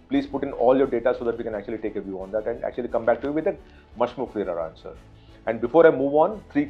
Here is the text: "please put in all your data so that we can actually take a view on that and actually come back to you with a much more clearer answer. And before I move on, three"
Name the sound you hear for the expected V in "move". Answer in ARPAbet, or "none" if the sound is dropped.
V